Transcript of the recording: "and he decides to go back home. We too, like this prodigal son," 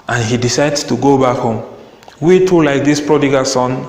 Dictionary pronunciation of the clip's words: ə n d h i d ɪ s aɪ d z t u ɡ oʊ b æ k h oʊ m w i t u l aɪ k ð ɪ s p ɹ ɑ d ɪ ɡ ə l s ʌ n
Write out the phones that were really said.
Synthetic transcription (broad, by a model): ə n h i d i s aɪ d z t u ɡ oʊ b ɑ k h oʊ m w i t u l aɪ k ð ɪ s p ɹ ɑ d ɪ ɡ ə l s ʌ n